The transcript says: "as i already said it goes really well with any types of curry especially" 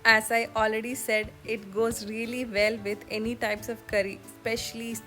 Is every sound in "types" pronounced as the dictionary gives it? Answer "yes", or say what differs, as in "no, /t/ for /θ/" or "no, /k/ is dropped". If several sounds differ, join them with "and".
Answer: yes